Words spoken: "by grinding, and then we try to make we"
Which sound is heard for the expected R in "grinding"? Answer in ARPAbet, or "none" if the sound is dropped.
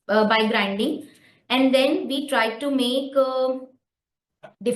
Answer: R